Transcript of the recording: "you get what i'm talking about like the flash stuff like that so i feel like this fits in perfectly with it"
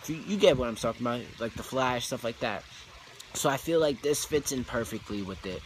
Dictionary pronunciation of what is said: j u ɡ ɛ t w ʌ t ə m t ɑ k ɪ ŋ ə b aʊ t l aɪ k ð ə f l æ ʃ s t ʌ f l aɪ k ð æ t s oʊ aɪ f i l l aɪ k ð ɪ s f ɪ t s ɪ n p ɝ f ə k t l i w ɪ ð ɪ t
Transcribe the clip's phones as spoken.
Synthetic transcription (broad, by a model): j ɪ ɡ ɛ t w ʌ t ə m s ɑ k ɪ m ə ɪ l aɪ k ð ə f l æ ʃ s t ʌ f l aɪ k ð æ t s oʊ aɪ f i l l aɪ k ð ɪ s f ɪ t s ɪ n p ɝ f ə k t l i w ɪ ð ɪ t